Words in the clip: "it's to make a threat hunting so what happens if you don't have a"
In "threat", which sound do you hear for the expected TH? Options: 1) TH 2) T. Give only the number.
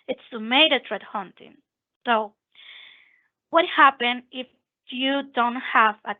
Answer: 2